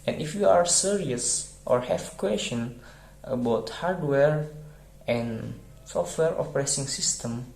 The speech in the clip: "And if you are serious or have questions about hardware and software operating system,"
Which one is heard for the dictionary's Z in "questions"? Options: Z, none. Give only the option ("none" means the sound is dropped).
none